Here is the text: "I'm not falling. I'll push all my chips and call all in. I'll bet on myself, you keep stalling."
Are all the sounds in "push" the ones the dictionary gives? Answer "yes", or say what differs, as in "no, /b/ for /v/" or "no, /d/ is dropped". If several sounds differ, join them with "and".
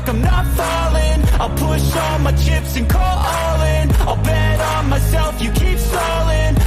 yes